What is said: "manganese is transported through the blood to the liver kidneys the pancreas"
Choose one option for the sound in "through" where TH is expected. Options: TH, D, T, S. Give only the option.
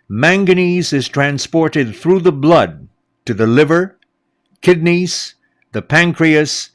TH